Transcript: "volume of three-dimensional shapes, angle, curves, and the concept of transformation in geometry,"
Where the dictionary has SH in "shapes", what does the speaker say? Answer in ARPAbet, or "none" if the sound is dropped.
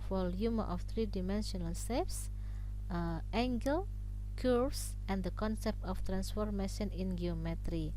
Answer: S